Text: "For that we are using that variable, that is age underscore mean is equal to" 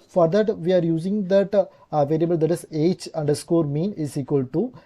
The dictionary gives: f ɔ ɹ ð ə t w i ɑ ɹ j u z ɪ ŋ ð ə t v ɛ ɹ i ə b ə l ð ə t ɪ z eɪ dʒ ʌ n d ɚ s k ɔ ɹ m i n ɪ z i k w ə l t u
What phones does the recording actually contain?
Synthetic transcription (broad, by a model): f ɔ ɹ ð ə t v i ɑ ɹ j u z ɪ ŋ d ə t v ɛ l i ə b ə l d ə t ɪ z eɪ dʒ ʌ n d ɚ s k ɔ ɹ m i n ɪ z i k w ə l t u